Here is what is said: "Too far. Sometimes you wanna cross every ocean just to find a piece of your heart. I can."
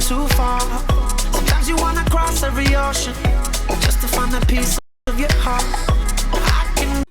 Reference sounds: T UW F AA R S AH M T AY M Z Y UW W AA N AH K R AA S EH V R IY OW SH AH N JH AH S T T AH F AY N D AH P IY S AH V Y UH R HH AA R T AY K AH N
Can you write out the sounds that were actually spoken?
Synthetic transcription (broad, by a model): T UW F AA R S AH M T AY M Z Y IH W AA N AH K R AA S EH V R IY OW SH AH N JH AH S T T AH F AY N AH P IY S AH V Y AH R HH AA R T AY K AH N